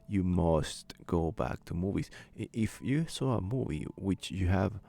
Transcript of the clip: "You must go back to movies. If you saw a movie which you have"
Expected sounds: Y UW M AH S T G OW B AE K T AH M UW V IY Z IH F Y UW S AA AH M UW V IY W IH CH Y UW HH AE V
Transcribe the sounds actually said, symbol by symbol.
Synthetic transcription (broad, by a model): Y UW M AH S T G OW B AE K T AH M UW V IY Z IH F Y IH S AA AH M UW V IY W IH CH Y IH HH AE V